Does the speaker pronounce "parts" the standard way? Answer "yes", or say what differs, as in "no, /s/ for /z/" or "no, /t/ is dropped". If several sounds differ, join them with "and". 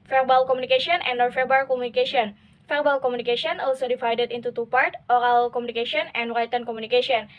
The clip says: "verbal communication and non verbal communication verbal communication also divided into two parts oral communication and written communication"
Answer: no, /s/ is dropped